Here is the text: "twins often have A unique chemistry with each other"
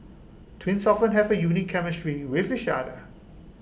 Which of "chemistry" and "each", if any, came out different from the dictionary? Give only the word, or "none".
each